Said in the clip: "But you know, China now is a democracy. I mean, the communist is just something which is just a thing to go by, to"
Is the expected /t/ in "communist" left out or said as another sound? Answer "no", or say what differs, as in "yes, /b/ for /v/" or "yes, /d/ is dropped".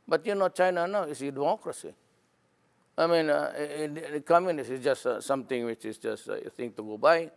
yes, /t/ is dropped